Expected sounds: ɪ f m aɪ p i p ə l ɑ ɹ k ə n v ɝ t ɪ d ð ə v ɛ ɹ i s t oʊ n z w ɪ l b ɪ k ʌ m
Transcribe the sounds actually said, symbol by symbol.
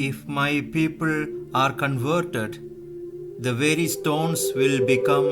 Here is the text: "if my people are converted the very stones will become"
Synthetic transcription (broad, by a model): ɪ f m aɪ p i p ə l ɑ ɹ k ə n v ɝ t ɪ d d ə v ɛ ɹ i s t oʊ n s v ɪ l b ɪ k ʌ m